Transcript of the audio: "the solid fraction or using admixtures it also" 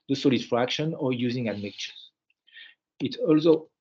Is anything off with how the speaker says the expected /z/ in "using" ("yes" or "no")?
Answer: no